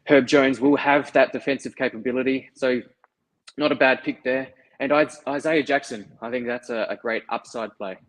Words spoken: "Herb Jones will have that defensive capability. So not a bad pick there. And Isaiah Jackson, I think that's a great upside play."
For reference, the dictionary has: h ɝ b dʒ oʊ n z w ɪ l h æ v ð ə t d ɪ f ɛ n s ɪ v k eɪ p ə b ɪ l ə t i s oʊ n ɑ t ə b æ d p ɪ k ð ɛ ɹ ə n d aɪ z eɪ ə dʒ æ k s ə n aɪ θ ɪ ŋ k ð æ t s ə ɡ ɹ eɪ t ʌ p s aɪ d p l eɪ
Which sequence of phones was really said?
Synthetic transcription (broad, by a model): h ɝ b dʒ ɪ n z w ɪ l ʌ v ð ə t d ɪ f ɛ n s ɪ v k eɪ p ə b ɪ l ə t i s oʊ n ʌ t ə b æ d p ɪ k ð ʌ ɹ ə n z aɪ z eɪ ə dʒ æ k s ə n aɪ θ ɪ ŋ k ð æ t s ə ɡ ɹ eɪ t ʌ p s aɪ d p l eɪ